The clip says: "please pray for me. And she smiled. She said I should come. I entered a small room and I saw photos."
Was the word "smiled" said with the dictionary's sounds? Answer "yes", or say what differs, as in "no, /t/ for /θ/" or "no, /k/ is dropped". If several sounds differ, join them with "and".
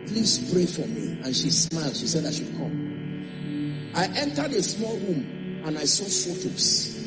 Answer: yes